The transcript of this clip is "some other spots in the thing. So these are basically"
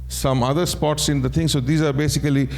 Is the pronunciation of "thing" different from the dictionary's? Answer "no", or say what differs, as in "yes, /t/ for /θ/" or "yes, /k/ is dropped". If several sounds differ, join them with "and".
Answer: yes, /t/ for /θ/